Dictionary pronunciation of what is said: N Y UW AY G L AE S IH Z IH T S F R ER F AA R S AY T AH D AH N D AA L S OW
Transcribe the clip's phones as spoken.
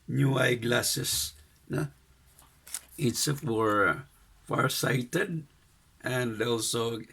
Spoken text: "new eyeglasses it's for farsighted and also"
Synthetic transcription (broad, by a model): N Y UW AY G L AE S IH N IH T S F W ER F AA R S AY T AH D AH N D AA L S OW